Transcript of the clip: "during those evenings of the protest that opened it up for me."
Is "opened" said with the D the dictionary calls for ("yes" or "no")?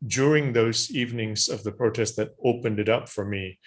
yes